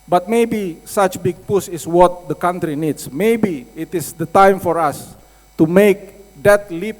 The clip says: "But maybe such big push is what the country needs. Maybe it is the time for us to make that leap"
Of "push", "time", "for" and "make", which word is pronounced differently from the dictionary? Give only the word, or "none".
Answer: push